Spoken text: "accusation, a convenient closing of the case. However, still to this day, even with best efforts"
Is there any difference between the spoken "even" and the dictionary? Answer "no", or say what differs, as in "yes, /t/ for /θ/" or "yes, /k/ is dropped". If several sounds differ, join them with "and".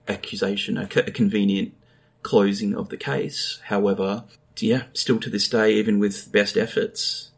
no